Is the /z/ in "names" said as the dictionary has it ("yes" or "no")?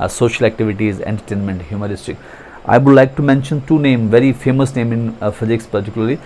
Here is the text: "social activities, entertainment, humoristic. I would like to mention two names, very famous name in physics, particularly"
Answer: no